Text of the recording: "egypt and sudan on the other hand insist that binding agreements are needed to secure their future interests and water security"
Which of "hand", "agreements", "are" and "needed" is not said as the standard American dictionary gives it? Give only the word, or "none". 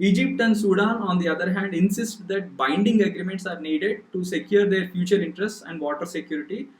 none